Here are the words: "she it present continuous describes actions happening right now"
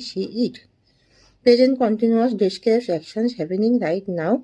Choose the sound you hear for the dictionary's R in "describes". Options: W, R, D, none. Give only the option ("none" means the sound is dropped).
none